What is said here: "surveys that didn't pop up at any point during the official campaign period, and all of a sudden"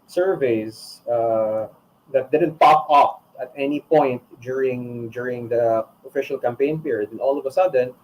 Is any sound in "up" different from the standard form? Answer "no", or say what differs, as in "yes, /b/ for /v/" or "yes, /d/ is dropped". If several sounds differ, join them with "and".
yes, /f/ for /p/